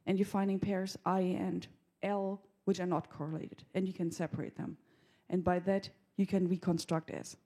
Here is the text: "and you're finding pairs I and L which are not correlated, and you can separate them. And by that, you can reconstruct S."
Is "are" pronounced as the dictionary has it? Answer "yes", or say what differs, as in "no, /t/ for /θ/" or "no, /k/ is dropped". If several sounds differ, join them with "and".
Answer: yes